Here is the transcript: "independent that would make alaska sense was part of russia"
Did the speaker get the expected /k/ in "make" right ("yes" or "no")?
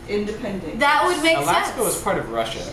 no